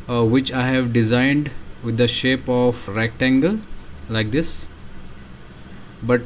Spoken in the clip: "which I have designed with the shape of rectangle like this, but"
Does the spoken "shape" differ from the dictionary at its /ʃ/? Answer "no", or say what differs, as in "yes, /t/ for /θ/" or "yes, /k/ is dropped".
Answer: no